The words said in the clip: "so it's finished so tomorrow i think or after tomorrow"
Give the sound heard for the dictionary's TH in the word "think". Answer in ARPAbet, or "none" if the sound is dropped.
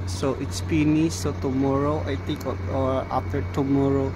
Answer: T